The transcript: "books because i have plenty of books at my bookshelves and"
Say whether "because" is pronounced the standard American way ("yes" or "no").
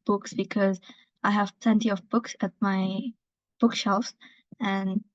yes